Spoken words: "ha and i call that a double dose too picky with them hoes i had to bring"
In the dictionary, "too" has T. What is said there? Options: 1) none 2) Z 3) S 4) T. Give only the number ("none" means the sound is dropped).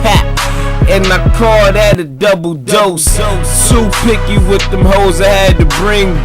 3